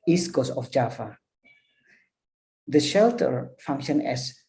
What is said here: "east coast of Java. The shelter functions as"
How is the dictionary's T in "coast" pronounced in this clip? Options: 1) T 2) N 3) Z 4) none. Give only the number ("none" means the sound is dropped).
4